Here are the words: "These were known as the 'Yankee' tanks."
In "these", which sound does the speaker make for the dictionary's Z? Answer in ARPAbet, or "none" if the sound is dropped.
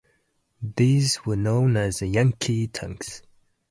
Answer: Z